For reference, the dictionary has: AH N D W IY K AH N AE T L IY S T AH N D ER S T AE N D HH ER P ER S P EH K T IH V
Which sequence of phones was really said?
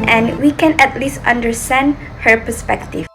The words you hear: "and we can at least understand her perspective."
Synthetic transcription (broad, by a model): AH N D W IY K AH N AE T L IY S T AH N D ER S T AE N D HH ER P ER S P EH K T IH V